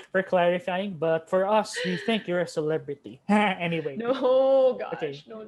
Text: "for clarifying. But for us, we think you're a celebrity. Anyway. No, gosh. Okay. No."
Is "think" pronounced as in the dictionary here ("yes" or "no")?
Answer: yes